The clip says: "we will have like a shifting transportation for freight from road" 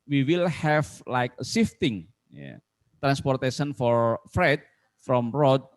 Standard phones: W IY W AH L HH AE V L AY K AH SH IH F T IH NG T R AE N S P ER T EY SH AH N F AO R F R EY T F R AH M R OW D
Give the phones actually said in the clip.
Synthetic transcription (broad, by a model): W IY W AH L HH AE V L AY K AH S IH F T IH NG T R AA N S P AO T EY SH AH N F AO R F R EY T F R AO M R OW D